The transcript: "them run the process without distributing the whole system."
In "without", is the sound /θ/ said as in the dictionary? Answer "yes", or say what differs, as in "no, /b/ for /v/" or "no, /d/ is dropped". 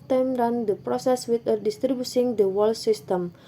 no, /t/ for /θ/